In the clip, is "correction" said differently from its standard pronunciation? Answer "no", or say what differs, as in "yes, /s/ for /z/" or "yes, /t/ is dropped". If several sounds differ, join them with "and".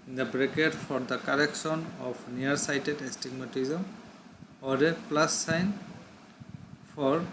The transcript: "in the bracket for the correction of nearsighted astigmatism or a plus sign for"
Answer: yes, /s/ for /ʃ/